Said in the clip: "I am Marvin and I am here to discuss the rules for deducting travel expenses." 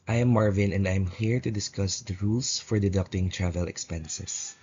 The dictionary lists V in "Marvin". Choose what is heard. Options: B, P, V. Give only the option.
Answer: V